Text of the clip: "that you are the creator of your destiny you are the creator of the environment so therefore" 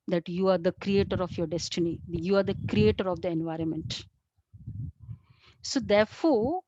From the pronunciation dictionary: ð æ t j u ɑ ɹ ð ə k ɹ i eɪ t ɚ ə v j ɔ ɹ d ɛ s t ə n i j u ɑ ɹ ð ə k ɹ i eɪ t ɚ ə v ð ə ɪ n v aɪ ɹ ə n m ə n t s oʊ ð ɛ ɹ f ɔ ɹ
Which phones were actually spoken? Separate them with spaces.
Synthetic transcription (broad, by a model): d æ t j u ɑ ɹ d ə k ɹ i eɪ t ɚ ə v j ɔ ɹ d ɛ s t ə n i j u ɑ ɹ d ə k ɹ i eɪ t ɚ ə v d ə ɪ n v aɪ ɹ ə n m ə n t s oʊ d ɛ ɹ f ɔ ɹ